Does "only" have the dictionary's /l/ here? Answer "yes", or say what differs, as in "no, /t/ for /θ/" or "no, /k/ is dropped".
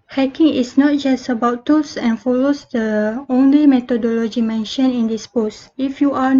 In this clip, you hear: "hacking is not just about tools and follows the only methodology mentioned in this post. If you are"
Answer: yes